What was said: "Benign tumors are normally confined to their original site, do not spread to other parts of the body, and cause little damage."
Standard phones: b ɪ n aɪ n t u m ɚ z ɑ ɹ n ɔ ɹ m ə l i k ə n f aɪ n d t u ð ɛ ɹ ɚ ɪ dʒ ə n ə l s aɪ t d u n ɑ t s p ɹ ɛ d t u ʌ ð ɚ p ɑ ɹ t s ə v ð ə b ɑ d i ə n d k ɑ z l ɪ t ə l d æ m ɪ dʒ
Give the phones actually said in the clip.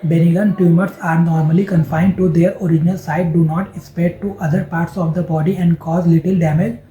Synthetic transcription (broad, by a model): b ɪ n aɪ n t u m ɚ s ɑ ɹ n ɔ ɹ m ə l i k ə n f aɪ n d t u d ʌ ɹ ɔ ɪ dʒ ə n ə l s aɪ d d u n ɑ t s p ɛ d t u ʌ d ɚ p ɑ ɹ t s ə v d ə b ɑ d i ə n d k ɑ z l ɪ t ə l d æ m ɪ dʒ